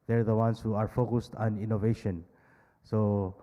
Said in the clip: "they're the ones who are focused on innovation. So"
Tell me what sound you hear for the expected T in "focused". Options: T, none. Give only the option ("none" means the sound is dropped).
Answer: T